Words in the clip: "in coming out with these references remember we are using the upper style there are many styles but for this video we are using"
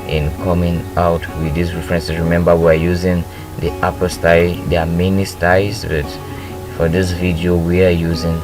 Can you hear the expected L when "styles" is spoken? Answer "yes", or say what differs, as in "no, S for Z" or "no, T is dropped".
no, L is dropped